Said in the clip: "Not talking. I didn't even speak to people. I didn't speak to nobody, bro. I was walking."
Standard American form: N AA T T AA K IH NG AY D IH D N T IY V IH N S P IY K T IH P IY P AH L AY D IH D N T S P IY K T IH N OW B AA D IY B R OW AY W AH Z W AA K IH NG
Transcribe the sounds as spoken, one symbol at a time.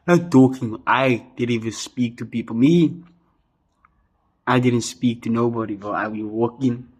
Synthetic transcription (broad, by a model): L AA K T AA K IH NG AY D IH D N T IY V IH N S P IY K T IH P IY P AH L AY D IH D N T S P IY K T IH N OW B AA D IY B OW AY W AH W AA K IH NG